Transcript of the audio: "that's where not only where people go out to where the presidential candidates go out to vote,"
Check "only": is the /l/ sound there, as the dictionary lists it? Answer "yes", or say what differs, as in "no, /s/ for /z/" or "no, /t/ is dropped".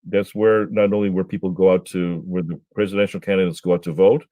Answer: yes